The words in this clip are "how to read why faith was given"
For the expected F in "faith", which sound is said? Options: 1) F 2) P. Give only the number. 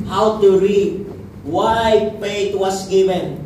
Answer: 2